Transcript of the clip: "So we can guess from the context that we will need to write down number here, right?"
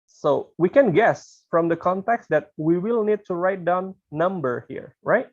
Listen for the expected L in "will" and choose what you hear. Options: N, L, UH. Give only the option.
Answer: L